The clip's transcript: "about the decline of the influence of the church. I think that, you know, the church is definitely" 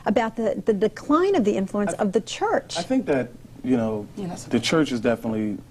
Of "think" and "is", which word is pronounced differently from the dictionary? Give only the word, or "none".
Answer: none